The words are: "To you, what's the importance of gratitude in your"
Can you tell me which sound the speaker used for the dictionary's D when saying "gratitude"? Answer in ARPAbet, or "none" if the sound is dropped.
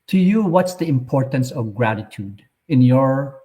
D